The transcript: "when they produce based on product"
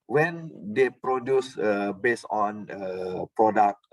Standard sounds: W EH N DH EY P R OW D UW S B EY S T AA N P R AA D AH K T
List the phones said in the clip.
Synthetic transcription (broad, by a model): W EH N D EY P R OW D UW S B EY S AA N P R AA D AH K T